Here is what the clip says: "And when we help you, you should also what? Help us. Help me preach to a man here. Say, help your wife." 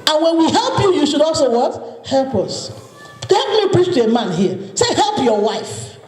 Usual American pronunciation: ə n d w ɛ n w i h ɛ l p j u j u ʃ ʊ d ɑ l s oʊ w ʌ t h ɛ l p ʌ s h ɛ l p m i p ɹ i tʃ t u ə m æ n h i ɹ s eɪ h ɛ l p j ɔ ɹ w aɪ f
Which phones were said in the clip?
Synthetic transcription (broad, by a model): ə n w ɛ n w i h ɛ l p j u j u ʃ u d ɑ l s oʊ w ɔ t h ɛ l p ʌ s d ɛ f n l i p ɹ i tʃ t u ə m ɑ n h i s eɪ h ɛ l p j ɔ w aɪ f